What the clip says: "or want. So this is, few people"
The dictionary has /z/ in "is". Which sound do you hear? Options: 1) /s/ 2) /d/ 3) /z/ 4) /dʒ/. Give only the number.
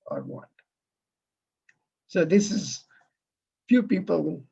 3